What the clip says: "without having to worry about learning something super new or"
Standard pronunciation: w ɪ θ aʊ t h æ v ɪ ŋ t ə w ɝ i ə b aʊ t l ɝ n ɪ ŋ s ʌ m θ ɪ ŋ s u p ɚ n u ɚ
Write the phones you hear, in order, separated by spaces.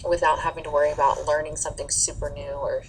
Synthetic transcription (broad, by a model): w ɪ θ aʊ t h æ v ɪ ŋ t ə w ɝ i ə b aʊ t l ɝ n ɪ ŋ s ʌ m θ ɪ ŋ s u p ɚ n u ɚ